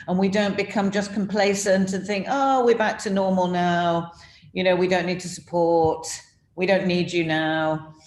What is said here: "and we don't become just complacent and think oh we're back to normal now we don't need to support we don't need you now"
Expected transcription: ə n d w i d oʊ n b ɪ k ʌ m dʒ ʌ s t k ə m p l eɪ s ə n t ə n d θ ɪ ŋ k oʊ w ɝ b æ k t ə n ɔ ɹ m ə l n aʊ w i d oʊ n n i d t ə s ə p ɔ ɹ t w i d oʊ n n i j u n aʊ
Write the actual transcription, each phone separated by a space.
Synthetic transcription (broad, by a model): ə n w i d oʊ n b ɪ k ʌ m dʒ ʌ s k ə m p l eɪ s ə n t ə n θ ɪ ŋ k oʊ w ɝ b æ k t ə n ɔ ɹ m ə l n aʊ w i d oʊ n n i d t ə s ə p ɔ ɹ t w i d oʊ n n i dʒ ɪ n aʊ